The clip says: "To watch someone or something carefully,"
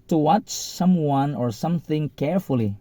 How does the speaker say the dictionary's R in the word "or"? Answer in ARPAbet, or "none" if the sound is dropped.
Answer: R